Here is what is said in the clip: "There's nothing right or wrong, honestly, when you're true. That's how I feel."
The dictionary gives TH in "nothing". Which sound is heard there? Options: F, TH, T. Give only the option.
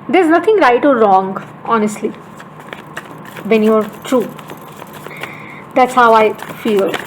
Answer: T